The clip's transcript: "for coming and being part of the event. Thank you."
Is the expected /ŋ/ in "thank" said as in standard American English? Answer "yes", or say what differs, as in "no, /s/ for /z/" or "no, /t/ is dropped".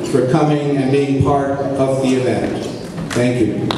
yes